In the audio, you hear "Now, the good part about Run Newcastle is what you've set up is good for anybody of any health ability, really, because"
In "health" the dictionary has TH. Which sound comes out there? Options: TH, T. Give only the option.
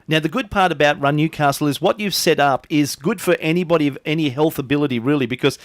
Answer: TH